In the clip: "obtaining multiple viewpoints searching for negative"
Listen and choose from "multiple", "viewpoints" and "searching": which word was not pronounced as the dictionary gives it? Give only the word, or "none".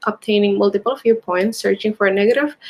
viewpoints